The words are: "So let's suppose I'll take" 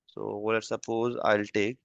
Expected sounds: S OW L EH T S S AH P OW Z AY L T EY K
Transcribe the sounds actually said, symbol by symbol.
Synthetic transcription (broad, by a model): S OW W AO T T S AH P OW Z AY L T EY K